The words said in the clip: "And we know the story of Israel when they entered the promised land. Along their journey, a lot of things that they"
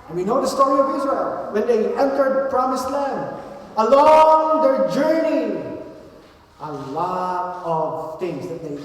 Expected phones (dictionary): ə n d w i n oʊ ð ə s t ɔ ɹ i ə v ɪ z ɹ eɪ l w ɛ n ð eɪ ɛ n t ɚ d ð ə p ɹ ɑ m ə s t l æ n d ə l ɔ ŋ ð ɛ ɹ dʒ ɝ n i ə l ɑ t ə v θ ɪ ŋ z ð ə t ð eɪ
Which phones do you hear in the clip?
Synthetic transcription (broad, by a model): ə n w i n oʊ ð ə s t ɔ ɹ i ə v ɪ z ɹ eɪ l w ɛ n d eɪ ɛ n t ɚ d p ɹ ɑ m ə s t l æ n d ə l ɔ ŋ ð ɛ ɹ dʒ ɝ n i ə l ɑ t ə v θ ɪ ŋ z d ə t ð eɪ